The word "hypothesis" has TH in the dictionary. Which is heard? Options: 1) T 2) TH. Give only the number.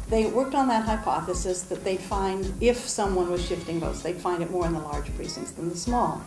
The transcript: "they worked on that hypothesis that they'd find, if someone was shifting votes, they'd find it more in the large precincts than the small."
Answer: 2